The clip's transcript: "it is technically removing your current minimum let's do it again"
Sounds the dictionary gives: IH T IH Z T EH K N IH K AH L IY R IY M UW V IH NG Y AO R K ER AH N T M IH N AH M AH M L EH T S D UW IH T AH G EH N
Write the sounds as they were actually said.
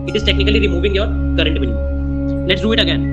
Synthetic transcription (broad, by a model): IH T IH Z T EH K N IH K AH L IY R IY M UW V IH NG Y AO R K ER AH N T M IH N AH L EH T S D UW IH T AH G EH N